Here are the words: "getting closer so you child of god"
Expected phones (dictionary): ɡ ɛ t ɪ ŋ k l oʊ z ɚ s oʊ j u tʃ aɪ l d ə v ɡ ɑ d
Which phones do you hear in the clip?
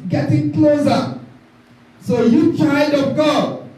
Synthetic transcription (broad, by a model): ɡ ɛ t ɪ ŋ k l oʊ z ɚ s oʊ j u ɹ aɪ d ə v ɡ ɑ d